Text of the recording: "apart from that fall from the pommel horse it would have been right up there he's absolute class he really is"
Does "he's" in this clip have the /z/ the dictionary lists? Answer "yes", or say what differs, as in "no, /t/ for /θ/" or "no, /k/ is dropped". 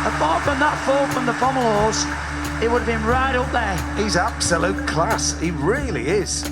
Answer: yes